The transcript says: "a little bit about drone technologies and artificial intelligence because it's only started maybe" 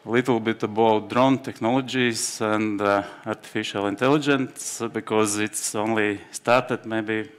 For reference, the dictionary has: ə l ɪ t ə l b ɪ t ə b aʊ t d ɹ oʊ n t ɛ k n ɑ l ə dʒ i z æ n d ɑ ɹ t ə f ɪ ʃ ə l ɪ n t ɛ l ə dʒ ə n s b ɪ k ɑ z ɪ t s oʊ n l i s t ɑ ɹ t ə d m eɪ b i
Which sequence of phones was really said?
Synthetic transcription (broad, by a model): l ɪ t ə l b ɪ t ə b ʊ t d ɹ oʊ n t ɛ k n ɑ l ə dʒ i s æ n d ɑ ɹ t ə f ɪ ʃ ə l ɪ n t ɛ l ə dʒ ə n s b ɪ k ɑ z ɪ t s oʊ n l i s t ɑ ɹ t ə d m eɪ b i